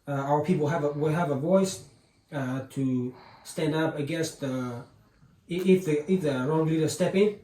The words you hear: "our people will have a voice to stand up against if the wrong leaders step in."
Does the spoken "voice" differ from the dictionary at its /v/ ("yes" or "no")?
no